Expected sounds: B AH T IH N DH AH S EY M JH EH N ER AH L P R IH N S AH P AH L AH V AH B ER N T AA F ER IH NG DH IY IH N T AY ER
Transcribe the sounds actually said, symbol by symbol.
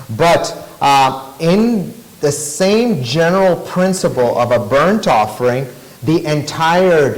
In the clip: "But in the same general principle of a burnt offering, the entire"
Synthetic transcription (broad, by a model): B AH T IH N DH AH S EY M JH EH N ER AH L P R IH N S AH P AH L AH V AH B ER N T AA F ER IH NG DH IY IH N T AY ER